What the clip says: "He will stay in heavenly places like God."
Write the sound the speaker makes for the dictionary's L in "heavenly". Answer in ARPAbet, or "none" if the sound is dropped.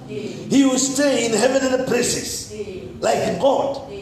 N